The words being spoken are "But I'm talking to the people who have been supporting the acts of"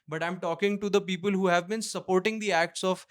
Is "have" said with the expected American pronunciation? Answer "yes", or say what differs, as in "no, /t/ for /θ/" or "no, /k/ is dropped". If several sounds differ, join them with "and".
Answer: yes